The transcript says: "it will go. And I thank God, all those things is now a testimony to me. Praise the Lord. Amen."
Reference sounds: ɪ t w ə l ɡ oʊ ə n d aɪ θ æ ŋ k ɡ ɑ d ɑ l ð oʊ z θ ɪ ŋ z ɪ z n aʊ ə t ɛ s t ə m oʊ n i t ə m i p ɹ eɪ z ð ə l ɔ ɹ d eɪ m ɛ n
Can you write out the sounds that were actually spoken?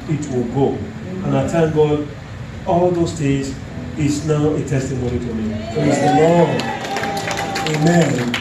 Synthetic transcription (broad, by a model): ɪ t w ə l ɡ oʊ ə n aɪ t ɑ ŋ ɡ ɑ d ɑ l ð oʊ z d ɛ z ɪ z n aʊ ə t ɛ s t ə m oʊ n i t ə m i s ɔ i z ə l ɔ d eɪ m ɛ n